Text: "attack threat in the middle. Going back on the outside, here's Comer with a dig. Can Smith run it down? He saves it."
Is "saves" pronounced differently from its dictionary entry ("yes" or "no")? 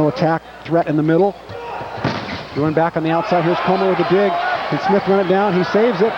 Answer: no